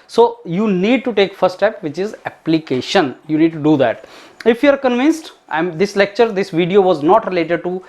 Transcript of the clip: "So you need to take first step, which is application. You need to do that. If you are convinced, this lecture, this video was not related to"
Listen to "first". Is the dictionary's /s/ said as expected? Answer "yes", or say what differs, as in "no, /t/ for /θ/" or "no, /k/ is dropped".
no, /s/ is dropped